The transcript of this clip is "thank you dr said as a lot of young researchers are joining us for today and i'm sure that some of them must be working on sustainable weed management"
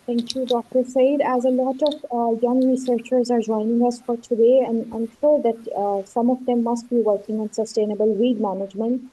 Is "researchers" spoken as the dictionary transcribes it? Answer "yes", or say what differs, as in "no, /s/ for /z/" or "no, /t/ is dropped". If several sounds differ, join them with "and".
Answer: yes